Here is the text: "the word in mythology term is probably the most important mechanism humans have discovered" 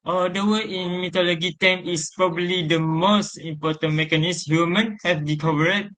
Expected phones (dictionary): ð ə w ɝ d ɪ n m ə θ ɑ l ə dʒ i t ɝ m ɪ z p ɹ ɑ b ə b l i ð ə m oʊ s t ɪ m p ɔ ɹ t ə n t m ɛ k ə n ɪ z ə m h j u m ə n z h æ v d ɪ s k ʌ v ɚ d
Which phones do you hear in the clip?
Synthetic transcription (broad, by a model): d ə w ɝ ɪ n m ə t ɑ l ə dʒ i t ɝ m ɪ s p ɹ ɑ b ə b l i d ə m oʊ s t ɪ m p ɔ t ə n m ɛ k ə n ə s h j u m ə n h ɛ f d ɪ k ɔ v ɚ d